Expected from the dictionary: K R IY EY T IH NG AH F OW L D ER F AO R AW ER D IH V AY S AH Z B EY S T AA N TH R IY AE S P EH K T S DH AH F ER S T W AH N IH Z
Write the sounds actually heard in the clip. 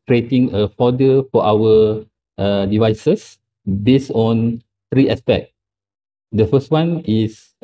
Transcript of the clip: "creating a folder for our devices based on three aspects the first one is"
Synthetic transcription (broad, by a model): K R IY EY T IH NG AH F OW D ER F AO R AW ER D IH V AY S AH S B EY S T AA N T R IY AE S P EH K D AH F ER S T W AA N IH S